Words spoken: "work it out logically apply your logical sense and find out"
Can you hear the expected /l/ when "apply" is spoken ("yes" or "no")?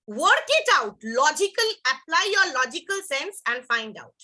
yes